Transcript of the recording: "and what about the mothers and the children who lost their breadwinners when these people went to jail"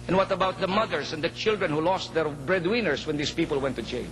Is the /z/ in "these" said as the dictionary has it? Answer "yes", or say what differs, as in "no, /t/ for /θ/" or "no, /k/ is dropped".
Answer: no, /s/ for /z/